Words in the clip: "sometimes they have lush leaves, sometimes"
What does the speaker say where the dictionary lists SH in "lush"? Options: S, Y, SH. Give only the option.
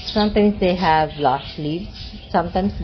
S